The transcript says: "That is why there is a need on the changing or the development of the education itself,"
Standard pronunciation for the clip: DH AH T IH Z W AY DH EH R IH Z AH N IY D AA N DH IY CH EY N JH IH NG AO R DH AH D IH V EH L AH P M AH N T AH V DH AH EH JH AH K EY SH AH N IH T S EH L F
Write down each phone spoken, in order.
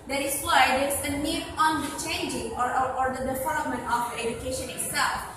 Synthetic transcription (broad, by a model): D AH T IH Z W AY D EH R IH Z AH N IY D AA N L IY CH EY N JH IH NG AO R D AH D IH F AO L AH M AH N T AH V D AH EH JH AH K EY SH AH N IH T S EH L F